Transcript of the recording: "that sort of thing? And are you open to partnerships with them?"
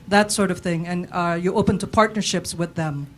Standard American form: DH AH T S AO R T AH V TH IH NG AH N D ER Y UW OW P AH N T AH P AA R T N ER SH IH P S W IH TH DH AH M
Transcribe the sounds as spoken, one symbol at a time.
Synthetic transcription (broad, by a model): DH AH T S AO R T AH V TH IH NG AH N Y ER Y OW P AH N T AH P AA R T N ER SH IH P S W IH DH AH M